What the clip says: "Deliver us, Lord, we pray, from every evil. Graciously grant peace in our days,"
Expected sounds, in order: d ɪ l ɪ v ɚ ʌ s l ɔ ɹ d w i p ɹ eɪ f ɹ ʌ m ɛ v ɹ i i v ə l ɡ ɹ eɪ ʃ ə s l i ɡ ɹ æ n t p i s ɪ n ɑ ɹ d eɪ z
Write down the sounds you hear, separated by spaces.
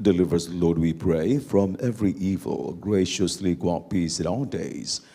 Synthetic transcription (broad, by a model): d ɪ l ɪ v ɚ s l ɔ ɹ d w i p ɹ eɪ f ɹ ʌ m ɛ v ɹ i i v ə l ɡ ɹ eɪ ʃ ə s l i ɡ ɑ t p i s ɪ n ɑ l d eɪ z